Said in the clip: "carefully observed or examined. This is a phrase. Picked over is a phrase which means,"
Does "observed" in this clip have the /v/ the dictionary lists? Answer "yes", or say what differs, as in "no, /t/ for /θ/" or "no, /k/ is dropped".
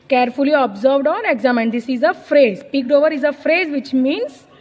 yes